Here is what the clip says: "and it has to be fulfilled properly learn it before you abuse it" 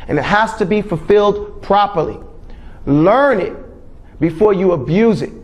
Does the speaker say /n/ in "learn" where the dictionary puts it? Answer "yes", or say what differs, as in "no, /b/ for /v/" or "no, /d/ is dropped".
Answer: yes